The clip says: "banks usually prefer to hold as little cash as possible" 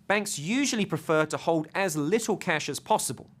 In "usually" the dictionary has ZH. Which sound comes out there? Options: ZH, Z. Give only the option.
ZH